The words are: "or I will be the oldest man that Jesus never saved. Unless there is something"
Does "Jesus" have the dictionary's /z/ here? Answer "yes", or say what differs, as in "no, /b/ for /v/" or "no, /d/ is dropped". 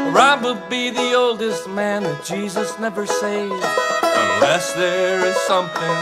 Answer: yes